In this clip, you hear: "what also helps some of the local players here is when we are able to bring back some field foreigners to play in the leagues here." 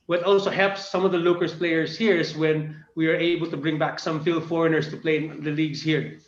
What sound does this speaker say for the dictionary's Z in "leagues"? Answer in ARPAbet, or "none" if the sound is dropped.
S